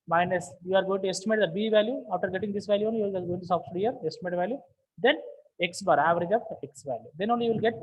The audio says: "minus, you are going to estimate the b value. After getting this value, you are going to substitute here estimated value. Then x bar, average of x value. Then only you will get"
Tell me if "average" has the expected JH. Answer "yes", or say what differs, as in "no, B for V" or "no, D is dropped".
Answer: yes